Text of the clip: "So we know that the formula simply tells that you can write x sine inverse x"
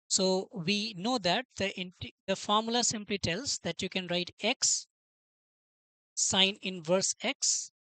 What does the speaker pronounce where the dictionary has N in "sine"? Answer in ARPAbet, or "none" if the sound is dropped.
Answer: N